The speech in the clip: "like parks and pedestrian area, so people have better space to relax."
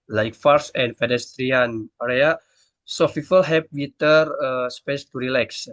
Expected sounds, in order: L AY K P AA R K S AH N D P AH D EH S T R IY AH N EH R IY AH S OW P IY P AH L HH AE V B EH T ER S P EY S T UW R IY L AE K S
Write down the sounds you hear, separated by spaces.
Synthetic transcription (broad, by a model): L AY K F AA R S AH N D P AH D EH S T R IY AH N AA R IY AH S OW F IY F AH L HH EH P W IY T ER S P EY S T UW R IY L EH K S